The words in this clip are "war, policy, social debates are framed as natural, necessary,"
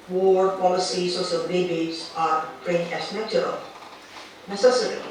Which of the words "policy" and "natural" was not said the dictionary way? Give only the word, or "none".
natural